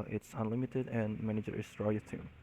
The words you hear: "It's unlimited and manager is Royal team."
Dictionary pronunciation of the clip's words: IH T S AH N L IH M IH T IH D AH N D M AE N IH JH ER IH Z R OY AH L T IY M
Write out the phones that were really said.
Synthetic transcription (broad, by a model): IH T S AH N L IH M IH T IH D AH N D M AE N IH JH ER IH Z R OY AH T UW